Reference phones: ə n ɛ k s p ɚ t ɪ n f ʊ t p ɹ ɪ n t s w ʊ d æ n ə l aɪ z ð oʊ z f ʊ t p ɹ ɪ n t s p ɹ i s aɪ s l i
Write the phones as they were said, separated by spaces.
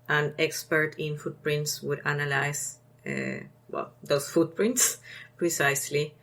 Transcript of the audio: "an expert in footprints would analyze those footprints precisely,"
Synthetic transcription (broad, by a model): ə n ɛ k s p ɚ t ɪ n f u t p ɹ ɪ n t s w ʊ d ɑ n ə l aɪ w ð oʊ s f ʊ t p ɹ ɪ n t s p ɹ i s aɪ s l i